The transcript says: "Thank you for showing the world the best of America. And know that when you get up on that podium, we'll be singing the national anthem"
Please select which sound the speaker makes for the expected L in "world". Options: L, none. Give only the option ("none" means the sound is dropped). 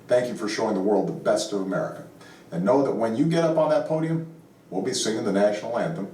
L